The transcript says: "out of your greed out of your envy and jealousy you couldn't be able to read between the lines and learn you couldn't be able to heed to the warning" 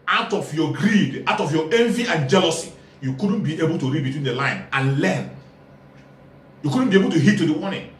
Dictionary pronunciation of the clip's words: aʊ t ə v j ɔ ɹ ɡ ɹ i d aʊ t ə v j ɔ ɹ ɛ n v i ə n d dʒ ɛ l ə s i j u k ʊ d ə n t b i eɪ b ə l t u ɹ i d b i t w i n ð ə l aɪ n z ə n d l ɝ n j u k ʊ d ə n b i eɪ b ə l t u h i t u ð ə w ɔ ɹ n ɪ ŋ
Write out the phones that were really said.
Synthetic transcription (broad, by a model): aʊ t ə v j ɔ ɡ ɹ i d aʊ t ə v j ɔ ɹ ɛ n v i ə n dʒ ɛ l ə s i j u k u d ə n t b i eɪ b ə l t u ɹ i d b i t w i n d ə l aɪ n ə n l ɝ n j u k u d n b i eɪ b ə l t u h i t u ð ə w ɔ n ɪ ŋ